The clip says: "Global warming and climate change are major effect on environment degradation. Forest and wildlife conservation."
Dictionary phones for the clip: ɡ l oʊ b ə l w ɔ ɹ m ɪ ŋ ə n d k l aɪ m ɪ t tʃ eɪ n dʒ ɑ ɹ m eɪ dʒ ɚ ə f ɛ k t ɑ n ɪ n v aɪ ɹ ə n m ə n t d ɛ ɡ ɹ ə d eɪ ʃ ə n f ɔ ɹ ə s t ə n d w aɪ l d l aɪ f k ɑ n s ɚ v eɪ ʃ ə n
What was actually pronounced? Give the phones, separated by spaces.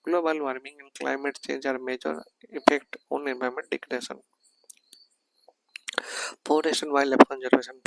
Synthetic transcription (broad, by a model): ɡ l oʊ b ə l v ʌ ɹ m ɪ ŋ ə n d k l aɪ m ɪ t tʃ eɪ n dʒ ɑ ɹ m eɪ dʒ ɚ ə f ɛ k t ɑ n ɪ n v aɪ ə m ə n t d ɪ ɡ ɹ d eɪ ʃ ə n p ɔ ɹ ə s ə n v aɪ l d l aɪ p k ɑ n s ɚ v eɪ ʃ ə n